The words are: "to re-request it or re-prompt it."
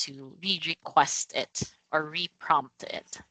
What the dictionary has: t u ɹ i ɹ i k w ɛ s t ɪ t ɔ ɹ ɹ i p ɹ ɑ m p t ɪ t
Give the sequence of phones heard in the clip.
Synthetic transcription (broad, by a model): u ɹ i ɹ i k w ɛ s t ɪ t ɔ ɹ ɹ i p ɹ ɑ m p t ɪ t